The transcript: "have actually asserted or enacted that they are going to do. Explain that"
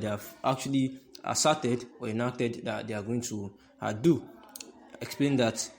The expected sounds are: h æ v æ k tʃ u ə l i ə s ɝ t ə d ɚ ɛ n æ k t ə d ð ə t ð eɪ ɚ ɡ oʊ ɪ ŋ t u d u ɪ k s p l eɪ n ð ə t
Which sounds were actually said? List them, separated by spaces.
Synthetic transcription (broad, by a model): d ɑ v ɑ k tʃ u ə l i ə s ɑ t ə d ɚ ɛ n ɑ k t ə d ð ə t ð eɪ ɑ ɡ oʊ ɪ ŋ t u d u ɪ k s p l eɪ n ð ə t